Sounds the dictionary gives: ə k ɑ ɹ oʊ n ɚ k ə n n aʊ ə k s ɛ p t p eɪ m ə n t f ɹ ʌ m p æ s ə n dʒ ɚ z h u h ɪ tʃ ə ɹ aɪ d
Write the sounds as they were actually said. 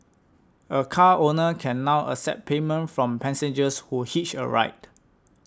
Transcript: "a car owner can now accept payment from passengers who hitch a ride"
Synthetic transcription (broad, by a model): ə k ɑ oʊ n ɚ k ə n n aʊ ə s ɛ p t p eɪ m ə n t f ɹ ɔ m p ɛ s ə n dʒ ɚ s h u h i tʃ ə ɹ aɪ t